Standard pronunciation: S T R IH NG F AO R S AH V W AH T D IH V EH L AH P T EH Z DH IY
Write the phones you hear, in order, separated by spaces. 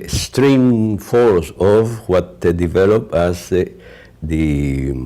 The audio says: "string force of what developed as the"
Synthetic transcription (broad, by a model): S T R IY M F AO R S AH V W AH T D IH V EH L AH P AA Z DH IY